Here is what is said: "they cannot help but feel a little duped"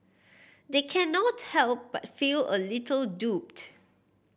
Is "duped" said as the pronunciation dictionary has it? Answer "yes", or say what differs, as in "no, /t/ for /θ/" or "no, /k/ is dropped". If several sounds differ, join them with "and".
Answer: yes